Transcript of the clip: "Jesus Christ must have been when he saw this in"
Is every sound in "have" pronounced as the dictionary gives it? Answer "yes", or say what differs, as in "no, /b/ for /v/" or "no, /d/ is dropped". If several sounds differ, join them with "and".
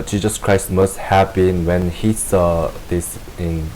no, /b/ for /v/